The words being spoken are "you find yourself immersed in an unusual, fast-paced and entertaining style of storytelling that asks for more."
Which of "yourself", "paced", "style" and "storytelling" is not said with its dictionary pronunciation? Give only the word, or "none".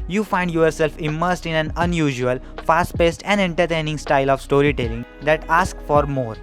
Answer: none